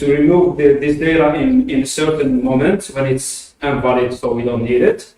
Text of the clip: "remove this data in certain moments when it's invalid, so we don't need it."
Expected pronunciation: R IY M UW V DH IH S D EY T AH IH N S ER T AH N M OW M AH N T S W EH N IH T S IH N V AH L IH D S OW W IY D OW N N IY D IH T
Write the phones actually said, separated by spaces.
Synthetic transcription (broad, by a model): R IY M UW V DH IH S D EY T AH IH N S ER T AH N M OW M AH N T W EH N IH T S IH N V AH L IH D S OW W IY D OW N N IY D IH T